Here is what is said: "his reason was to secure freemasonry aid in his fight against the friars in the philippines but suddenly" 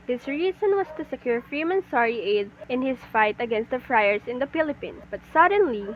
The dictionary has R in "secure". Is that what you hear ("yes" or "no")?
yes